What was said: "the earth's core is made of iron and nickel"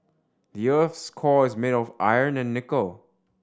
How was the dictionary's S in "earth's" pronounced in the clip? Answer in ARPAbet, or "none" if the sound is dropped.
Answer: S